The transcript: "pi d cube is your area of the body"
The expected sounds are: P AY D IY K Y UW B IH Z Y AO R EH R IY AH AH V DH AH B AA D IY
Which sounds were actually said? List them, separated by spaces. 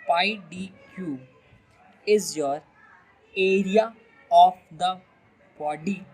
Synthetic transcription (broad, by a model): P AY D IY K Y UW IH Z Y AO R EH R IY AH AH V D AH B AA D IY